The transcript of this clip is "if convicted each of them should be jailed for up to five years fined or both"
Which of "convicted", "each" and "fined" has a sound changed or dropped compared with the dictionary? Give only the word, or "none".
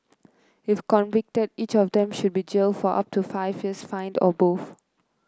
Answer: none